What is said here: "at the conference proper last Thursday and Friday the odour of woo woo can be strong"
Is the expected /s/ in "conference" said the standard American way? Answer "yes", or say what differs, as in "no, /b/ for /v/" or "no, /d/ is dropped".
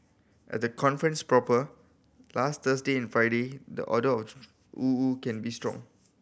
yes